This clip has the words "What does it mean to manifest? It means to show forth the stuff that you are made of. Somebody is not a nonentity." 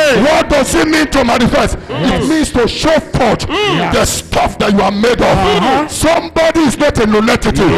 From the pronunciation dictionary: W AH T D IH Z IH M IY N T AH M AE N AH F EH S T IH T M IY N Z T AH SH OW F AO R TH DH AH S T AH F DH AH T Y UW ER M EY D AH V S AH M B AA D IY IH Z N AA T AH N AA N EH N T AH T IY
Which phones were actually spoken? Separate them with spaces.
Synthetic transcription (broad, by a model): W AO T D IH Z IH M IY N T AH M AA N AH F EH S T IH T M IY N S T AH SH OW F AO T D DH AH S T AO F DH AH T Y UW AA M EY D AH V S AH M B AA D IY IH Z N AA T AH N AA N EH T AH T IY